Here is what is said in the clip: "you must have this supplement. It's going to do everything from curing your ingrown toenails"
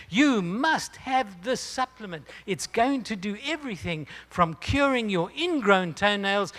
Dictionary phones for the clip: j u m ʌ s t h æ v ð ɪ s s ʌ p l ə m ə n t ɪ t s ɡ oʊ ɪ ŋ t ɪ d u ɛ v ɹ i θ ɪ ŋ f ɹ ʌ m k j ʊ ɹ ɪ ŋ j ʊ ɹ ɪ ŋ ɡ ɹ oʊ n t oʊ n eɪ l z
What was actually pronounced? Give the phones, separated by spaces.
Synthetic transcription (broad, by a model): j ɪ m ʌ s t h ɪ v ð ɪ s s ʌ p l ə m ə n t ɪ t s ɡ oʊ ɪ ŋ t ɪ d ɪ ɛ v ɹ i θ ɪ ŋ f ɹ ʌ m k j ʊ ɹ ɪ ŋ j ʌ ɹ ɪ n ɡ ɹ oʊ n t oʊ n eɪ l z